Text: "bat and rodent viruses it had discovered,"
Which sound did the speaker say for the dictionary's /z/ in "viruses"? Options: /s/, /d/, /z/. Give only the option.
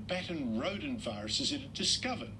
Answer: /z/